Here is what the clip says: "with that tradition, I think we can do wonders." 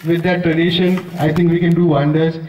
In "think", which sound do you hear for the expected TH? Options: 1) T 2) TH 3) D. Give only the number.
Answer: 1